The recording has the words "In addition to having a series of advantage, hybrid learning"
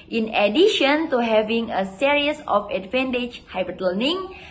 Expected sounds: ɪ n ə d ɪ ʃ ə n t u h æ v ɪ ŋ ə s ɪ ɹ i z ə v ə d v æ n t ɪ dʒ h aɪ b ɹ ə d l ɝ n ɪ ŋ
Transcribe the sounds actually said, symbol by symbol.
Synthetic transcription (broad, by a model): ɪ n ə d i ʃ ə n t u h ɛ v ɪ ŋ ə s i ɹ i s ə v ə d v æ n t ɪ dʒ h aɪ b ə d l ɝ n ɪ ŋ